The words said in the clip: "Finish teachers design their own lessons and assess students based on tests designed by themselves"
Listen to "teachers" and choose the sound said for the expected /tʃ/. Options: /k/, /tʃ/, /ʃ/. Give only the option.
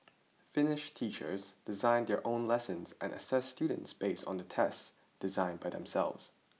/tʃ/